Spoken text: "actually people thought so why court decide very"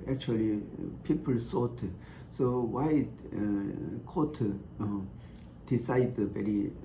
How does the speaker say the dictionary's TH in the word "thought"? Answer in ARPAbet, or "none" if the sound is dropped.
S